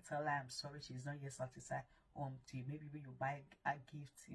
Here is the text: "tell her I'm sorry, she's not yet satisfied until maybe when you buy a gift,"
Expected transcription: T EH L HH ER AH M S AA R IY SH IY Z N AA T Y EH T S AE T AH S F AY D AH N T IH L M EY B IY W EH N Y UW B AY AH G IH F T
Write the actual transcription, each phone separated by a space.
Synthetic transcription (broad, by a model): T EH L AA AH M S AA R IY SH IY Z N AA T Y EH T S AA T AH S AY AH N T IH M EY B IY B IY Y UW B AY AH G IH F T